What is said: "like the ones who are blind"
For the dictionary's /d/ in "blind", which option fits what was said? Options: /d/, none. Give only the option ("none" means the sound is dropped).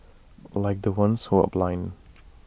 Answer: none